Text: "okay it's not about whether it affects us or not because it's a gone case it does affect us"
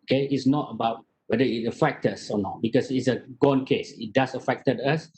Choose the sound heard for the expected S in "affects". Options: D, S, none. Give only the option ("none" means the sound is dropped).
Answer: none